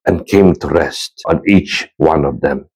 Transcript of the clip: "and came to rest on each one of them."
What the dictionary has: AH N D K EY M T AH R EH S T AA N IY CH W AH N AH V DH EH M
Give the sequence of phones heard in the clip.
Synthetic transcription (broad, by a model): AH N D K EY M T AH R EH S T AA N IY CH W AH N AH V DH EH M